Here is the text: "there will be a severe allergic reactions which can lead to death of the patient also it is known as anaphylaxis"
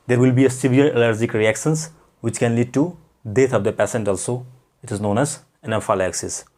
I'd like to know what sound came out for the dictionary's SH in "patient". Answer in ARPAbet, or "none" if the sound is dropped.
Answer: S